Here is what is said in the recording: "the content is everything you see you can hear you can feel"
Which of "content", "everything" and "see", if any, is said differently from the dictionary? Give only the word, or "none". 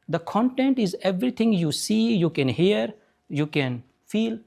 everything